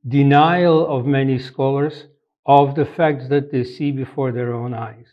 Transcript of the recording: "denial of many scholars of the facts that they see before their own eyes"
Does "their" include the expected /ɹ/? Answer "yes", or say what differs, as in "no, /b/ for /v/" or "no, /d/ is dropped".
yes